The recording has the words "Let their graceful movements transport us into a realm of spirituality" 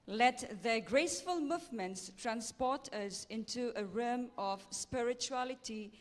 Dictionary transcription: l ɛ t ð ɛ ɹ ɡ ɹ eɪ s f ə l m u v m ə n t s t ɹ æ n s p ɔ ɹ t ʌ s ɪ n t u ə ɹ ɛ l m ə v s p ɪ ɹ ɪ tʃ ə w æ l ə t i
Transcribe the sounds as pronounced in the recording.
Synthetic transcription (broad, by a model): l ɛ t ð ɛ ɡ ɹ eɪ s f ə l m u v m ə n t s t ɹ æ n s p ɔ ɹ t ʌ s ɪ n t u ə ɹ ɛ m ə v s p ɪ ɹ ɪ tʃ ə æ l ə t i